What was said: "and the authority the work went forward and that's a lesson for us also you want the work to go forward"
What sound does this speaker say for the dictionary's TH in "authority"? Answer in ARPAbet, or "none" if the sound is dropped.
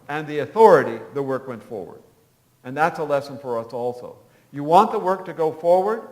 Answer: TH